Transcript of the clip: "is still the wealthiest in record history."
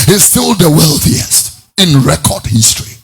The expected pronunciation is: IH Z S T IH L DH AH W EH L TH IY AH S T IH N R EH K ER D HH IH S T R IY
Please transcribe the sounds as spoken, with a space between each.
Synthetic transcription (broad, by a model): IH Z S T IH L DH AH W EH L TH IY AH S T IH N R EH K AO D HH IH S T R IY